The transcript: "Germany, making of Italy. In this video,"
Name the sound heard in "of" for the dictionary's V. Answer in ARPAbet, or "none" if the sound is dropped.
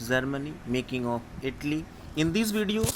P